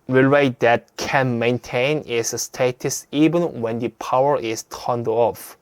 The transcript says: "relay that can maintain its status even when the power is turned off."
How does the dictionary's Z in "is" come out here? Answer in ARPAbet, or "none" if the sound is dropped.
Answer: S